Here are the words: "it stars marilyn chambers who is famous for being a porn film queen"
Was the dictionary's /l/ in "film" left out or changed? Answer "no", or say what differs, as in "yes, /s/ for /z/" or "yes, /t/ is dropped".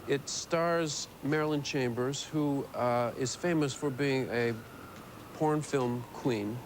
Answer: no